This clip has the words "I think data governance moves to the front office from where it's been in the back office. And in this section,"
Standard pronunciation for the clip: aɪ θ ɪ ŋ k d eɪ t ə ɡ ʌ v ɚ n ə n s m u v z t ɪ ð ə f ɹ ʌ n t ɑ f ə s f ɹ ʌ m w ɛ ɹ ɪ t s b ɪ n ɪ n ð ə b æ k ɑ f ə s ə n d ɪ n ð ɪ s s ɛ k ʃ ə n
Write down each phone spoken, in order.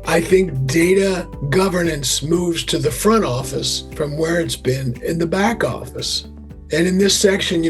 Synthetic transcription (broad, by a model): aɪ θ ɪ ŋ k d eɪ t ə ɡ ʌ v ɚ n ə n s m u v z t ɪ ð ə f ɹ ʌ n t ɑ f ə s f ɹ ʌ m w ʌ ɹ ɪ t s b ɪ n ɪ n ð ə b æ k ɑ f ə s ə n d ɪ n ð ɪ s s ɛ k ʃ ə n